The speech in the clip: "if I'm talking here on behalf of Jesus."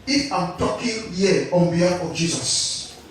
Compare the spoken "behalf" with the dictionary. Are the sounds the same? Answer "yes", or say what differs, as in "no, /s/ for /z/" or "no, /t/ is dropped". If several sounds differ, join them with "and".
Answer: no, /f/ is dropped